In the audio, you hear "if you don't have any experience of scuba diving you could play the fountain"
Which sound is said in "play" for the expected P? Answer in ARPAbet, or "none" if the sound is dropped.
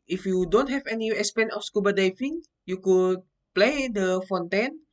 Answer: P